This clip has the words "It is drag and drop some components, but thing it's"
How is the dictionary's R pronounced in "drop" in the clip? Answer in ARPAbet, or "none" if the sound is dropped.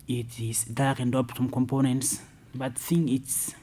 none